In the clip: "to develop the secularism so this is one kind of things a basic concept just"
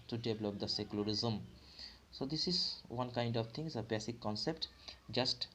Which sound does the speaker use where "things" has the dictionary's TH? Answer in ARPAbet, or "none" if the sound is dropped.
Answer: T